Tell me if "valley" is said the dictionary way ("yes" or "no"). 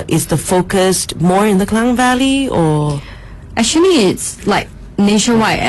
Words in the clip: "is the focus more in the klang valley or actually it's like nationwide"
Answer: yes